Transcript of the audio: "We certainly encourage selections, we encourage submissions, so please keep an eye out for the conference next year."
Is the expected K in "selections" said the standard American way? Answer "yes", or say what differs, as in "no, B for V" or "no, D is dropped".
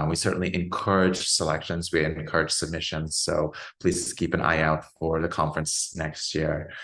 yes